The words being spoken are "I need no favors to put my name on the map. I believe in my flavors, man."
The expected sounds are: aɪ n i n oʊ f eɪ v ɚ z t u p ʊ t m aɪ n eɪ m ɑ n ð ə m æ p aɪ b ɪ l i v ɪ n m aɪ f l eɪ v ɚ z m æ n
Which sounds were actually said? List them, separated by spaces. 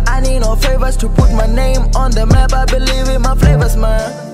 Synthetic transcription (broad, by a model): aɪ n i n oʊ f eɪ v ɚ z t u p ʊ t m aɪ n eɪ m ɑ n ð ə m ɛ b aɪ b ɪ l i v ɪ m aɪ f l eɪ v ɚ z m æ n